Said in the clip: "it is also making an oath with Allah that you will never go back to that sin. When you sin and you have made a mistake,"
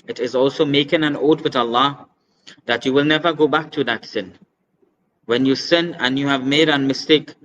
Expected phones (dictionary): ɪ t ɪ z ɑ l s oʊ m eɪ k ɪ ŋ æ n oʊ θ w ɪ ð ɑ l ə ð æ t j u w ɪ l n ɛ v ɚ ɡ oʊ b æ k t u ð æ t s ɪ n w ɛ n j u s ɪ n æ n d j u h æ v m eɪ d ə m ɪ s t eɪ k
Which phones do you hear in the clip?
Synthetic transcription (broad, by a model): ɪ t ɪ z ɑ l s oʊ m eɪ k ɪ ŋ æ n oʊ t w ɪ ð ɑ l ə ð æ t j u w ɪ l n ɛ v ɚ ɡ oʊ b æ k t u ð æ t s ɪ n w ɛ n j u s ɪ n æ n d j u h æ v m eɪ d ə m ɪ s t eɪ k